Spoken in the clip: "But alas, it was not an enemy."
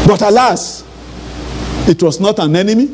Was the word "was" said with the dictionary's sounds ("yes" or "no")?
no